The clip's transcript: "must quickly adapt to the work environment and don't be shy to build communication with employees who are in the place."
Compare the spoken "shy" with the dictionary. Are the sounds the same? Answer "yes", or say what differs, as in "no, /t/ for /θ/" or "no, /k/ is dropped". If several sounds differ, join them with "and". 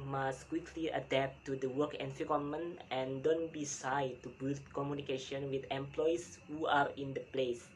no, /s/ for /ʃ/